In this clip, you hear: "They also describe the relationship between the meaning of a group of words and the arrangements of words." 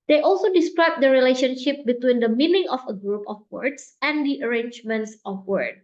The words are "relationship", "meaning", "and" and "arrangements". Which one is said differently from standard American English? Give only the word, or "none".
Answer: none